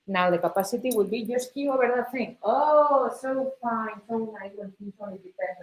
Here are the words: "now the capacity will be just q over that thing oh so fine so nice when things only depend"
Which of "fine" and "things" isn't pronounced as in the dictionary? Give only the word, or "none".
things